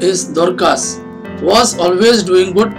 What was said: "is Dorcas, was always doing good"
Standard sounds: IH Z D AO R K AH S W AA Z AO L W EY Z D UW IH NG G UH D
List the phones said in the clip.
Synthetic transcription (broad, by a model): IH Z D AO R K AH S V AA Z AO L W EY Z D UW IH NG G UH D